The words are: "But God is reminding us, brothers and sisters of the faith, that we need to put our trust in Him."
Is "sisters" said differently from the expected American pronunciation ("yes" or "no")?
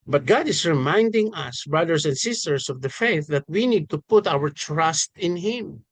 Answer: yes